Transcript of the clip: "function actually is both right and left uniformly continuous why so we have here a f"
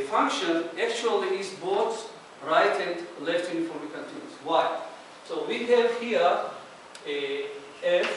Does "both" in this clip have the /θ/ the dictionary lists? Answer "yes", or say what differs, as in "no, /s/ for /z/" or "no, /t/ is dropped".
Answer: no, /s/ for /θ/